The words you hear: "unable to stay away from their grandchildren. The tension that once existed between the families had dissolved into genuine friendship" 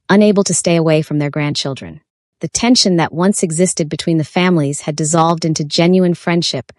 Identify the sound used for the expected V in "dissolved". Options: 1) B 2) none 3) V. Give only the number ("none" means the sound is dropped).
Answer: 3